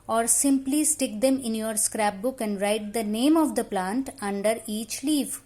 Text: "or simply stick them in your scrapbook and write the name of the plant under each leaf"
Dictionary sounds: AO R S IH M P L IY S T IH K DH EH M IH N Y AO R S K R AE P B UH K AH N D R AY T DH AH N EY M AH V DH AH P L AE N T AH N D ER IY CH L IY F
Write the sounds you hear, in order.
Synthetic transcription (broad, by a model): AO R S IH M P L IY S T IH K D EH M IH N Y AO R S K R AE P B UH K AH N D R AY T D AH N EY M AH V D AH P L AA N T AH N D ER IY CH L IY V